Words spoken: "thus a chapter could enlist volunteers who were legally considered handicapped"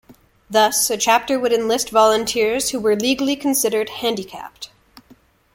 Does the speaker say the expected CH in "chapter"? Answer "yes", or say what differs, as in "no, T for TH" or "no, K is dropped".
yes